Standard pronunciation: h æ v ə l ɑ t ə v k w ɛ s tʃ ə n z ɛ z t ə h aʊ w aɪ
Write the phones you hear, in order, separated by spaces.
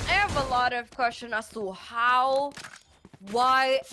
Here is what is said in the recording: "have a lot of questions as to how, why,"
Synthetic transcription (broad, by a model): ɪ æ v ə l ɑ t ə v k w ɛ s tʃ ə n ɑ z t ə h aʊ w aɪ